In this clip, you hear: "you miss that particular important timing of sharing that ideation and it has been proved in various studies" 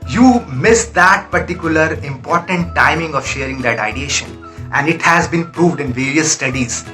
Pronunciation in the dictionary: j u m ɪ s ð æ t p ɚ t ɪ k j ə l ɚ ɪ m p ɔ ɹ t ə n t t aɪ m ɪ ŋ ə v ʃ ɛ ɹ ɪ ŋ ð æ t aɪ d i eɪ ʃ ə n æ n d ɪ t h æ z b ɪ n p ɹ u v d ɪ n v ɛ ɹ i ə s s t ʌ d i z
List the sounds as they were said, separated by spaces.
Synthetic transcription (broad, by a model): j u m ɪ s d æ t p ɚ t ɪ k j ə l ɚ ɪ m p ɔ ɹ t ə n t t aɪ m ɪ ŋ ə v ʃ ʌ ɹ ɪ ŋ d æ t aɪ d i eɪ ʃ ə n æ n d ɪ t h æ z b ɪ n p ɹ u v d ɪ n v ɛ ɹ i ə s s t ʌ d i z